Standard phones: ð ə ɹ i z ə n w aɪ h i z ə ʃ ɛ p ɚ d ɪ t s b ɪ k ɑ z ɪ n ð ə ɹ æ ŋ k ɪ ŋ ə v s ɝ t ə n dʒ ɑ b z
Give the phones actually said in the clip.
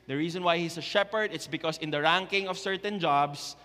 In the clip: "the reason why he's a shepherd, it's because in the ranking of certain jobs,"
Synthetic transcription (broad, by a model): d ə ɹ i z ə n w aɪ h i s ə ʃ ɛ p ɚ d ɪ t s b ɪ k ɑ s ɪ n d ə ɹ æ ŋ k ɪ ŋ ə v s ɝ t ə n dʒ ɑ b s